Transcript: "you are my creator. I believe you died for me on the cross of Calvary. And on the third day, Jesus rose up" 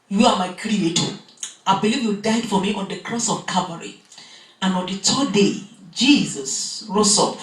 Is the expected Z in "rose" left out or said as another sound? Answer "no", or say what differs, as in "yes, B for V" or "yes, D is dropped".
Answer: yes, S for Z